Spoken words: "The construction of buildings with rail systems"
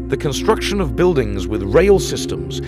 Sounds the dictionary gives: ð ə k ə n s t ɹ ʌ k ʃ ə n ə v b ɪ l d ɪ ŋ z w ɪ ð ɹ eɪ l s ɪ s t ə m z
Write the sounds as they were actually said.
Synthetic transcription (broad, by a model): ð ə k ə n s t ɹ ʌ k ʃ ə n ə v b ɪ l d ɪ ŋ z w ɪ ð ɹ eɪ l s ɪ s t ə m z